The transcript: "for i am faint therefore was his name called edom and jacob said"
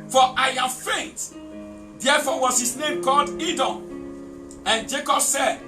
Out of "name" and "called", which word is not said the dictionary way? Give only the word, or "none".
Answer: none